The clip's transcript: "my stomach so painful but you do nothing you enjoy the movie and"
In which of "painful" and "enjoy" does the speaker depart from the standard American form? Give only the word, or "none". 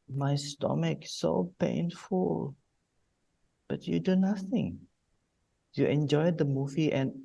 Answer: none